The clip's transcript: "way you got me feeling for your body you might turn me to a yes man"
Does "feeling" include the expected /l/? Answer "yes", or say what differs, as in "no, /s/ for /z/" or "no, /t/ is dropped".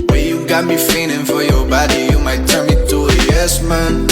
no, /n/ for /l/